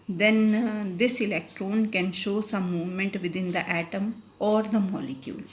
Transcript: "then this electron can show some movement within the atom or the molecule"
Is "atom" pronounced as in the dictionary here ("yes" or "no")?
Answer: yes